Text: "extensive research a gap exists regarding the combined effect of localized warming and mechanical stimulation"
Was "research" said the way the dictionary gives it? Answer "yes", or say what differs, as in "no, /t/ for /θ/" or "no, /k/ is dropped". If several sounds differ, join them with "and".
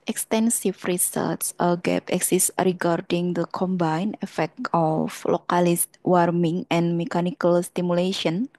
no, /s/ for /tʃ/